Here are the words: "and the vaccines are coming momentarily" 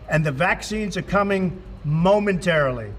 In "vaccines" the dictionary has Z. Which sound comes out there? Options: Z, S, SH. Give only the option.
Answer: Z